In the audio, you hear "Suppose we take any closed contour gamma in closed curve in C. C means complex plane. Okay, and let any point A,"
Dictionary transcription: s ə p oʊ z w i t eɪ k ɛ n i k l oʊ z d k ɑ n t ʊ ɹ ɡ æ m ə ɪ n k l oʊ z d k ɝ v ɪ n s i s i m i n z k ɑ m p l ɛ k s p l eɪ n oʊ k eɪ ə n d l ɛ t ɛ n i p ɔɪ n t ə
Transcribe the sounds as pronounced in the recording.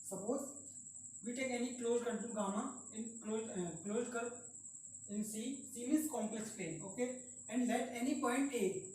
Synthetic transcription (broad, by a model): s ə p oʊ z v i t eɪ k ɛ n i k l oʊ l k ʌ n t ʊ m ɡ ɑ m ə ɪ n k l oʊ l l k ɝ p ɪ n s i s i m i z k ɑ m p l ɛ k s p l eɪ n oʊ k eɪ ə n d l ɛ t ɛ n i p ɔɪ n t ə